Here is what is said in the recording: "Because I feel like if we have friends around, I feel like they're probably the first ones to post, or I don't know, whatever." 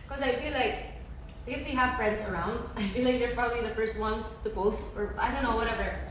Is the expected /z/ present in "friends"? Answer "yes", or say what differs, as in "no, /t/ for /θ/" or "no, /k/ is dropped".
yes